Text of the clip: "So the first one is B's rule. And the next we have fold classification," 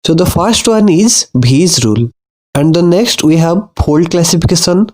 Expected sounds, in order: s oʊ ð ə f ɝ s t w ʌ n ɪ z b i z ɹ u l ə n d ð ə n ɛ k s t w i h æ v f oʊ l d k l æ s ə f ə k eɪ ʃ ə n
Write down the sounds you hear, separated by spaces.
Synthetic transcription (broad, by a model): s oʊ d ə f ɝ s t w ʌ n ɪ z b i z ɹ u l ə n d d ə n ɛ k s t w i h æ v p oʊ l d k l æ s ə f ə k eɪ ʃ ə n